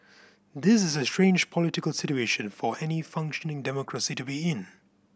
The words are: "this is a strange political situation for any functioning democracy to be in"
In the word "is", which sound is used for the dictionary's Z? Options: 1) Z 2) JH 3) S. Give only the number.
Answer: 1